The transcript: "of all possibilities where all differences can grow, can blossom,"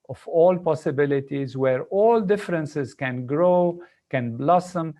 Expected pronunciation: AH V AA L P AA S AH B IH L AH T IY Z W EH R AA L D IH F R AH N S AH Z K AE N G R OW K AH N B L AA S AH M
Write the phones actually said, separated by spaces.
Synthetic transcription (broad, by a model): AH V AA L P AA S AH B IH L AH T IY Z W EH R AA L D IH F R AH N S AH Z K AE N G R OW K AH N B L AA S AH M